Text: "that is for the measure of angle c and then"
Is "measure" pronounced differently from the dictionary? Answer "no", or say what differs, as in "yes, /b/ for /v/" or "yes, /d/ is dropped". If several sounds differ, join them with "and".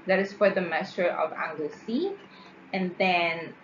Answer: yes, /s/ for /ʒ/